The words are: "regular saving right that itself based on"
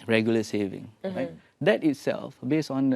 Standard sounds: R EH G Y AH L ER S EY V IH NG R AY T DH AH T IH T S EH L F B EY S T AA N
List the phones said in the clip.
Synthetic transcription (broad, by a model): R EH G Y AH L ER S EY V IH NG R AY T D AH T IH T S EH L F B EY S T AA N